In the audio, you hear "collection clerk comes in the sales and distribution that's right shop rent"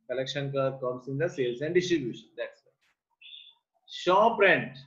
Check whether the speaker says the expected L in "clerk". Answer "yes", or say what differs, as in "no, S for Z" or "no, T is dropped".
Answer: no, L is dropped